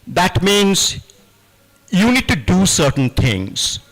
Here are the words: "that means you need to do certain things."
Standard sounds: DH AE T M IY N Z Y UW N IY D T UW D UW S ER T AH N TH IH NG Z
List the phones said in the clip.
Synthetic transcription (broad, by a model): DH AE T M IY N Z Y UW N IY D T UW D UW S ER T AH N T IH NG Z